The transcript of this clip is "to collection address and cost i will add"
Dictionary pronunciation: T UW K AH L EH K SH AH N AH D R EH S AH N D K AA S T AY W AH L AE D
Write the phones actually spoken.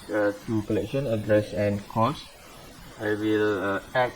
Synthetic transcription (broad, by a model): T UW K AH L EH K SH AH N AH D R EH S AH N K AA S AY W AH L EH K